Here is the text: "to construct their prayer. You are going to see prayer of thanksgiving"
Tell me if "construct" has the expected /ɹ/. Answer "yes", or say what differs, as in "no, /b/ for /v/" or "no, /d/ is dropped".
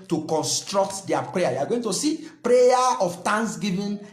yes